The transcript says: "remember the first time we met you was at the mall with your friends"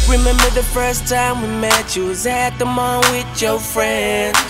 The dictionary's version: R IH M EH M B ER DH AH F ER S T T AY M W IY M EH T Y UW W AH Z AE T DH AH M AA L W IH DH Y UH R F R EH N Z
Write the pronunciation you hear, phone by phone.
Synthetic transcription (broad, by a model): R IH M EH M B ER DH AH F ER S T T AY M W IY M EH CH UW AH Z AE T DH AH M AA N W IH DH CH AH F R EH N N